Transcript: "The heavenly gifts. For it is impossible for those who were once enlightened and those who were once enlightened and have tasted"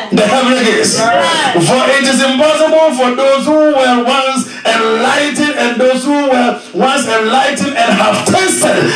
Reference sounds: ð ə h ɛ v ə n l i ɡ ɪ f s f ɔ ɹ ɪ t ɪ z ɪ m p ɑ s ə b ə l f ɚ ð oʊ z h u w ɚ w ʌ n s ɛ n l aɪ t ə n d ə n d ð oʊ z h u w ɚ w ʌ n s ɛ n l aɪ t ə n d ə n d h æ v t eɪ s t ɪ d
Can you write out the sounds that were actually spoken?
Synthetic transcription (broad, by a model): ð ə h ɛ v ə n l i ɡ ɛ s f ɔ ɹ ɪ t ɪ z ɪ m p ɑ s ə b ə l f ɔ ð oʊ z h u w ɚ w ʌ n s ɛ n l aɪ t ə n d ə n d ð oʊ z h u w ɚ w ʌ n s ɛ n l aɪ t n ə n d h æ v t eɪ s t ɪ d